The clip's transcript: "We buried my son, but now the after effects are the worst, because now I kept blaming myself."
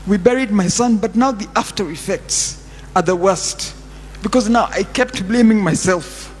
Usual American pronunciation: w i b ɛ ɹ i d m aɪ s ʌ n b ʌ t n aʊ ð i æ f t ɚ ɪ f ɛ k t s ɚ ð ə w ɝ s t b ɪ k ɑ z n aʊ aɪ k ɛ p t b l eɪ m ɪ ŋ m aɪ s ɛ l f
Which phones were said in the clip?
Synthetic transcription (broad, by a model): w i b ɛ ɹ i d m aɪ s ʌ n b ʌ t n aʊ ð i æ f t ɚ ɪ f ɛ k t s ɚ ð ə w ɝ s t b ɪ k ɑ z n aʊ aɪ k ɛ p t b l eɪ m ɪ ŋ m aɪ s ɛ l f